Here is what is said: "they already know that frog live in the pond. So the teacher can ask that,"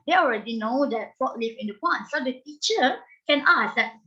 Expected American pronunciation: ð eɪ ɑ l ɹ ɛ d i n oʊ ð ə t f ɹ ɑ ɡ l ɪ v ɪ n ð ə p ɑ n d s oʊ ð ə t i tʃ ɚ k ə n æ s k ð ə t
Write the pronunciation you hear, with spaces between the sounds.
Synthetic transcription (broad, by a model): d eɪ ɑ l ɹ ɛ d i n oʊ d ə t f ɑ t l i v ɪ n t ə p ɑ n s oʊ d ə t i tʃ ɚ k ə n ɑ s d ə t